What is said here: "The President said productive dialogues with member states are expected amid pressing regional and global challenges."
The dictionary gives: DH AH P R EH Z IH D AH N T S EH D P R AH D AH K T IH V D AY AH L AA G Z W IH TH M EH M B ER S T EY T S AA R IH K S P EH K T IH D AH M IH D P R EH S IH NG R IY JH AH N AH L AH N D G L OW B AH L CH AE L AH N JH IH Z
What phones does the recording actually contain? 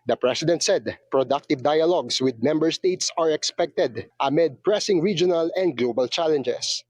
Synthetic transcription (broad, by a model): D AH P R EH S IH D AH N T S EH D P R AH D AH K T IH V D AY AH L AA G S W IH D M EH M B ER S T EY T S AA R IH K S P EH K T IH D AH M IH D P R EH S IH NG R IY JH AH N AH L AH N D G L OW B AH L CH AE L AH N JH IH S